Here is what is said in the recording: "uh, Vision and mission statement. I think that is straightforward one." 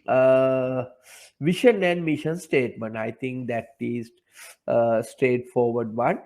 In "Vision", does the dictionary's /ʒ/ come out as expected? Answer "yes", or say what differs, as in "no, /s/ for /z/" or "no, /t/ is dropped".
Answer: no, /ʃ/ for /ʒ/